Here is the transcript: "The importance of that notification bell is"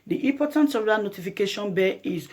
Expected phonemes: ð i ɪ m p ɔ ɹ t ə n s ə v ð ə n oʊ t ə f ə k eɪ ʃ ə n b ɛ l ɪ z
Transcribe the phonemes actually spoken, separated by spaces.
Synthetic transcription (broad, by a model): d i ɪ p ɔ t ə n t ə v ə n oʊ t ə f ə k eɪ ʃ ə n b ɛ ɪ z